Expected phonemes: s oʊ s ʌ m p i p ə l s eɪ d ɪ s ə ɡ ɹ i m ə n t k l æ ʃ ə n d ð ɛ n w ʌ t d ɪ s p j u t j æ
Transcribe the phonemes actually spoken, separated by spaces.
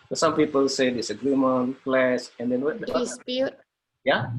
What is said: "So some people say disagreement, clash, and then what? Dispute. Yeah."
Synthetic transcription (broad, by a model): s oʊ s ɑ m p i p ə l s eɪ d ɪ s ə ɡ ɹ i m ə n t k l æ s ə n d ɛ n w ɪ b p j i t j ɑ